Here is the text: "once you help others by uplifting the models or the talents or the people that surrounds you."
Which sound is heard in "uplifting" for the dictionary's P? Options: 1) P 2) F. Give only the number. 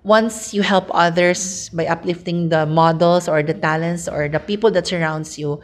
1